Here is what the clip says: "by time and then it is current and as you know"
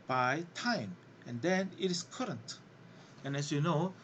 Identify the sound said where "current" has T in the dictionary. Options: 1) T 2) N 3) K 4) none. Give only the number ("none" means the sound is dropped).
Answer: 1